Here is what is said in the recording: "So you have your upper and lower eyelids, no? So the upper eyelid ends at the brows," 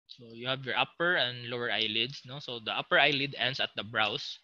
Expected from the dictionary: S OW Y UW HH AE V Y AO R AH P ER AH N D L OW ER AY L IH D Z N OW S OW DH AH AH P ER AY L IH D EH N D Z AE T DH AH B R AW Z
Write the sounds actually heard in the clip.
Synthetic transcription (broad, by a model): S OW Y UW HH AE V Y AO R AH P ER AH N D L OW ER AY L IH D S N OW S OW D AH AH P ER AY L IH D EH N D S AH T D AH B R AW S